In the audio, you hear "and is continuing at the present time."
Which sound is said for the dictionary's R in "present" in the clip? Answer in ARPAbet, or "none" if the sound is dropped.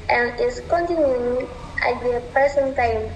none